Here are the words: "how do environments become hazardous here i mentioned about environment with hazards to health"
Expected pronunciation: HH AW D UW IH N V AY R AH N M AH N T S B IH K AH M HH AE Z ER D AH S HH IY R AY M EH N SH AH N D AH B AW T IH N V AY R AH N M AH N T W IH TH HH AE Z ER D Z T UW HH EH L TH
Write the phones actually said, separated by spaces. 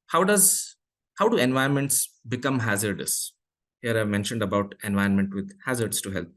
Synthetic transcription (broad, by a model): HH AW D UW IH N V AY AH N M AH N T S B IH K AH M HH AE Z ER D AH S HH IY R AY M EH N SH AH N D AH B AW T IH N V AY AH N M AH N T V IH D HH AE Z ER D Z T UW HH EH L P